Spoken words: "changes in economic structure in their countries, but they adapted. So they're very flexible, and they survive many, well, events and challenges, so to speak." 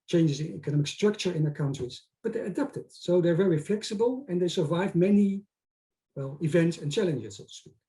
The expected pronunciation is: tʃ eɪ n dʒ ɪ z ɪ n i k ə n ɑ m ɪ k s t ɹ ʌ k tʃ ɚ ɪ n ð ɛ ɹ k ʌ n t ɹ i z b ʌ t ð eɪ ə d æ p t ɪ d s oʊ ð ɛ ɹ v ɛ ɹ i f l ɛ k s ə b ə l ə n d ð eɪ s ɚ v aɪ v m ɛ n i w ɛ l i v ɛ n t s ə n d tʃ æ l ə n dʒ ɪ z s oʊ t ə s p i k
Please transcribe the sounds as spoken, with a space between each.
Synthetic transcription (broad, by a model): tʃ eɪ n dʒ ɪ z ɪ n i k ə n ɑ m ɪ k s t ɹ ʌ k tʃ ɚ ɪ n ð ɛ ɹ k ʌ n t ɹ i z b ʌ t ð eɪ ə d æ p t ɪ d s oʊ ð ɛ ɹ v ɛ ɹ i f l ɛ k s ə b ə l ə n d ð eɪ s ɚ v aɪ v m ɛ n i w ɛ l i v ɛ n t s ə n tʃ æ l ə n dʒ ɪ z s oʊ t ə s p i k